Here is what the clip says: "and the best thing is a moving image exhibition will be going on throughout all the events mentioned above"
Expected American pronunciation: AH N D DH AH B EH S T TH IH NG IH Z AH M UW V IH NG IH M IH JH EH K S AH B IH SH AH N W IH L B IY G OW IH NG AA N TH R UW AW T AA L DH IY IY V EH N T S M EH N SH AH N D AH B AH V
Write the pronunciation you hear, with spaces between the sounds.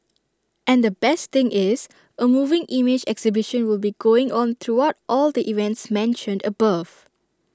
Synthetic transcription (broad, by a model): AH N D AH B EH S T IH NG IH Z AH M UW V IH NG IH M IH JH EH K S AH B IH SH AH N W IH L B IY G OW IH NG AA N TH R UW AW T AA L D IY IY V EH N T S M EH N SH AH N D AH B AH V